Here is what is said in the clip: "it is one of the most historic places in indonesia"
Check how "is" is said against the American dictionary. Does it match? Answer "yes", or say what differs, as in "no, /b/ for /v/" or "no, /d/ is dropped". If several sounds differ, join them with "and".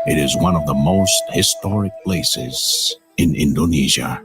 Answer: yes